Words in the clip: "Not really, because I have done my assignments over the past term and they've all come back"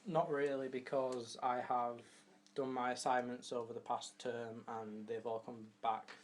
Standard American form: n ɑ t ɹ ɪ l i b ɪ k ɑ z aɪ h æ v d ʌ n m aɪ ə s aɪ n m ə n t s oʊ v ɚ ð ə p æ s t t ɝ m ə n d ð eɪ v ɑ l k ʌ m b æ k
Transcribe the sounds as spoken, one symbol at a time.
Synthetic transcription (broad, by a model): n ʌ t ɹ ɪ l i b ɪ k ɑ z aɪ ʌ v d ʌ n m aɪ ə s aɪ n m ə n t s oʊ v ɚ ð ə p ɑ s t t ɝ m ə n ð eɪ v ɑ l k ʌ m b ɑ k